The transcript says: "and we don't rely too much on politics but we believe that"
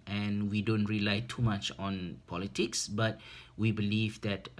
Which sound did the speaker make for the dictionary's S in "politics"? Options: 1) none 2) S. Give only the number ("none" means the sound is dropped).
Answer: 2